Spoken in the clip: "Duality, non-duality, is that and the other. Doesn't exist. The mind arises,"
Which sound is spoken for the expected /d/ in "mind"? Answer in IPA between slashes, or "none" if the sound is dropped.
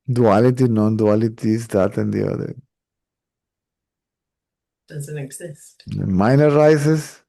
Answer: none